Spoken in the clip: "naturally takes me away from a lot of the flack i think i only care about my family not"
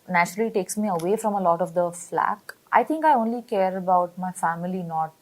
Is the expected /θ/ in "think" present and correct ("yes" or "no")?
no